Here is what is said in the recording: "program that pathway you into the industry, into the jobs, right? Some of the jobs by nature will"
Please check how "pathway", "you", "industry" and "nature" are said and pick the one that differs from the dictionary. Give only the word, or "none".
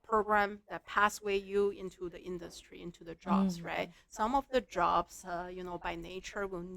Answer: pathway